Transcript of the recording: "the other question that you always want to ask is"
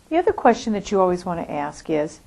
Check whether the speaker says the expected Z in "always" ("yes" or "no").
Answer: yes